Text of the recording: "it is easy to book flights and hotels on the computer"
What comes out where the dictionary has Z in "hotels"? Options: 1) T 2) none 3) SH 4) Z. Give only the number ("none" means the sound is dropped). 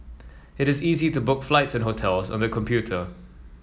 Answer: 4